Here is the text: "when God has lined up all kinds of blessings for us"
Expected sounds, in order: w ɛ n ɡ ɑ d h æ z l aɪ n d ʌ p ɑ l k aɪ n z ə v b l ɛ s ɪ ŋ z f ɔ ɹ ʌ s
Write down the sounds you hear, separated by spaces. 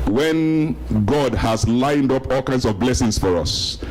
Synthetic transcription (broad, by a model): w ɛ n ɡ ɑ d h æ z l aɪ n d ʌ p ɑ l k aɪ n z ə v b l ɛ s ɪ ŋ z f ɔ ɹ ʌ s